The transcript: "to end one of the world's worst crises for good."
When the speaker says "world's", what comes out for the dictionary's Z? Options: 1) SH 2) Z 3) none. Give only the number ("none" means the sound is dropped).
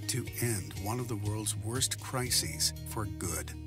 2